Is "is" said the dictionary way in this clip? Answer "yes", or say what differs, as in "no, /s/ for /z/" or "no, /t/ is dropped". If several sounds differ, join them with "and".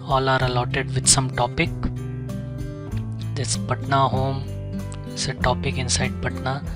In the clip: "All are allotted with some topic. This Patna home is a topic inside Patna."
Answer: no, /s/ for /z/